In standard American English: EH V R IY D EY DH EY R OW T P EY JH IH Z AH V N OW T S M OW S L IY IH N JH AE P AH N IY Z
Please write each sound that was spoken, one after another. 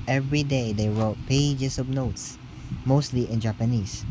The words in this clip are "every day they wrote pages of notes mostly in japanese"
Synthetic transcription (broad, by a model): EH V R IY D EY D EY R OW T P EY JH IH S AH B N OW T S M OW S L IY IH N JH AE P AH N IY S